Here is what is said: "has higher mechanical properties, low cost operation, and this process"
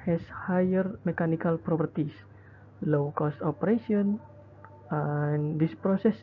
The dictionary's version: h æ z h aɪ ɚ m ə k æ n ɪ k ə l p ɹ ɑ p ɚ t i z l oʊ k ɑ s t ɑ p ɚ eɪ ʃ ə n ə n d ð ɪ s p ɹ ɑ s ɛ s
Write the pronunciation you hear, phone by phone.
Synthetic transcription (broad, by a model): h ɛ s h aɪ ɚ m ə k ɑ n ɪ k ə l p ɹ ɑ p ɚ t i s l oʊ k ɑ s t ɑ p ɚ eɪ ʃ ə ə n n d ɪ s p ɹ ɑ s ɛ s